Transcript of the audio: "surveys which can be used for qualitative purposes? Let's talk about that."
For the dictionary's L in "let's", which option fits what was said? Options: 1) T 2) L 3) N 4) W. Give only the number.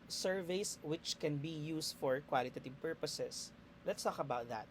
2